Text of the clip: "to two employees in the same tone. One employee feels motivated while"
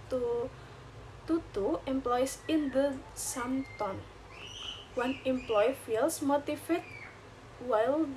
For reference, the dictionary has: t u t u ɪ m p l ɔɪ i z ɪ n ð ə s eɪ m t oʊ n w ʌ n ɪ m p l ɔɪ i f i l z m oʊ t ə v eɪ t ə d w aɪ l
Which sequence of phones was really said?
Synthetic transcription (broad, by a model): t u t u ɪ m p l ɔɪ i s ɪ n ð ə s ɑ m t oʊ n w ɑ n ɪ m p l ɔɪ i f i l s m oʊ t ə f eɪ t w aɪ l